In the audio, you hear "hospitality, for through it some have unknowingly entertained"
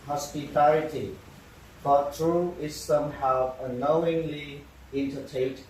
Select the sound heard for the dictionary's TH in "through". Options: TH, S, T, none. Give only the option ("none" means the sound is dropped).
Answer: T